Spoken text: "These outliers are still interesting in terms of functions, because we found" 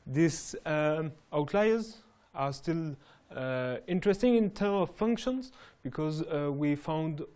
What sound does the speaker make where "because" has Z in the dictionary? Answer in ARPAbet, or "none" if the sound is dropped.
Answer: Z